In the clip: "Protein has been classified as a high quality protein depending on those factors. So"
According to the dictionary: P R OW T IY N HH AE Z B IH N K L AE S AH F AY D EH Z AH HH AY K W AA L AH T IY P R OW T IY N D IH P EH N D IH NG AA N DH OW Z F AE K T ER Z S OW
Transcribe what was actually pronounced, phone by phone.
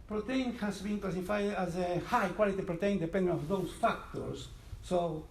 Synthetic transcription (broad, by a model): P R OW T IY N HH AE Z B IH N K L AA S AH F AY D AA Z AH HH AY K W AA L AH T IY P R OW T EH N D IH P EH N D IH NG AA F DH OW S F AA K T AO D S OW